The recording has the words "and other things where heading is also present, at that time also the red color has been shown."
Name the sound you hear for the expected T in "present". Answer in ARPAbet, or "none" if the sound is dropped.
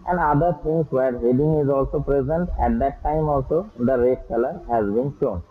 T